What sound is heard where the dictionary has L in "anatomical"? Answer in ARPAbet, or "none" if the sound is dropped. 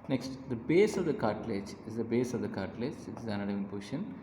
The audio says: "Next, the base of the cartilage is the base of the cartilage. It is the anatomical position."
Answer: N